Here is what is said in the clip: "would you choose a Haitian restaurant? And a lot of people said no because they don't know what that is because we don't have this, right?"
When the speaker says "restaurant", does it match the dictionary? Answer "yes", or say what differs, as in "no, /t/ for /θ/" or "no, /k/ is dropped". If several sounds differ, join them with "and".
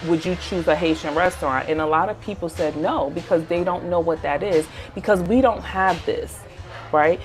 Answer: yes